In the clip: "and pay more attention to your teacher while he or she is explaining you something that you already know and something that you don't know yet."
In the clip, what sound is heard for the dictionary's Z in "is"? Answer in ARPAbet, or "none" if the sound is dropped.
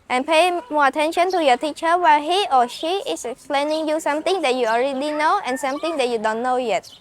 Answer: S